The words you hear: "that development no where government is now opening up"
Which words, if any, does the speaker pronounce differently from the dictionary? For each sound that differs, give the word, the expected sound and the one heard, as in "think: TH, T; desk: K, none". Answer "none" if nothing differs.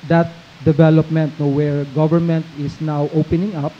is: Z, S